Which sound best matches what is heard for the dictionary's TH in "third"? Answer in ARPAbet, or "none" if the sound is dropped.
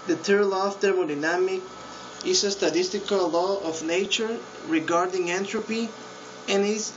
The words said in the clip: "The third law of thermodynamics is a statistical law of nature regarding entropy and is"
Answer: T